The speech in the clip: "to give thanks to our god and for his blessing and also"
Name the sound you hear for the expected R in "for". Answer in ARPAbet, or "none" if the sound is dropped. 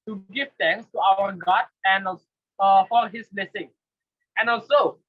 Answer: L